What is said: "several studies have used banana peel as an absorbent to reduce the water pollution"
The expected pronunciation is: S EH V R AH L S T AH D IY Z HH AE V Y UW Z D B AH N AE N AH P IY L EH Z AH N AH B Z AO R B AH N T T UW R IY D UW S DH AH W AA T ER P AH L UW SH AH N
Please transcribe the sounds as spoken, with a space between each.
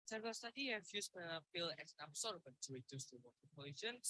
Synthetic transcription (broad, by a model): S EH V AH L S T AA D IY HH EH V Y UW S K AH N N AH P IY L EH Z AH N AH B S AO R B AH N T T UW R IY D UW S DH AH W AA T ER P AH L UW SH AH N